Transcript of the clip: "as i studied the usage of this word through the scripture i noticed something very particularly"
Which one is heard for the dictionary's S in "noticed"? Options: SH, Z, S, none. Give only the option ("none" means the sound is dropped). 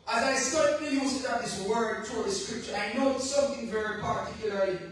none